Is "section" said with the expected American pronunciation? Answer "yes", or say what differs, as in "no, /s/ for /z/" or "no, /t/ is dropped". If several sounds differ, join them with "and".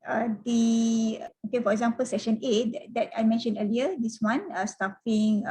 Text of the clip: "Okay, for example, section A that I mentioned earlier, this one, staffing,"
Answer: yes